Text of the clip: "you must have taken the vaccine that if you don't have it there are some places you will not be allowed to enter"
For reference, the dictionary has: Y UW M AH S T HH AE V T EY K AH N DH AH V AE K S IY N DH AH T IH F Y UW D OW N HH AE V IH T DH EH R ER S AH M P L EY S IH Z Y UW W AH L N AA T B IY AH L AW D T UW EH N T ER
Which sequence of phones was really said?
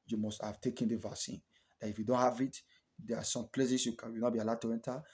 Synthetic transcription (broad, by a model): Y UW M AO S T HH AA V T EY K AH N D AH V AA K S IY N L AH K IH F Y UW D OW N HH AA V IH T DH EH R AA S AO M P L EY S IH S Y UW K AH W N AA T B IY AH L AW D T UW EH N T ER